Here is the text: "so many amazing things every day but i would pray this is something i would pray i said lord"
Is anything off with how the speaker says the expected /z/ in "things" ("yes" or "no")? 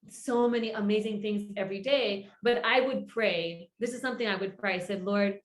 no